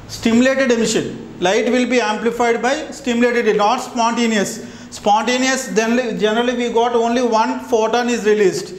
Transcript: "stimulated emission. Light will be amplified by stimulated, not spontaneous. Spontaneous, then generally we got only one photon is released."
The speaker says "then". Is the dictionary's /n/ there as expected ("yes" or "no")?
no